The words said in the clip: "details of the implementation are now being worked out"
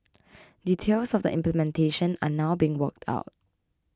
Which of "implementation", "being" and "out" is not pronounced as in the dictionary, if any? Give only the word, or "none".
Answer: none